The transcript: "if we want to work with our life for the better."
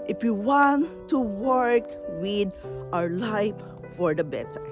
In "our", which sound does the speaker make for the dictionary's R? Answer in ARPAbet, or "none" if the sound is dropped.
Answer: R